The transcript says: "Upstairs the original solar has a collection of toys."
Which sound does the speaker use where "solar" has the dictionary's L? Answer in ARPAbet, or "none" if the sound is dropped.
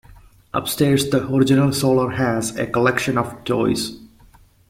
L